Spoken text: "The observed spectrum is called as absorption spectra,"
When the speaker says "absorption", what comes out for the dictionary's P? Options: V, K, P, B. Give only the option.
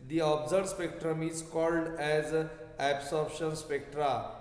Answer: B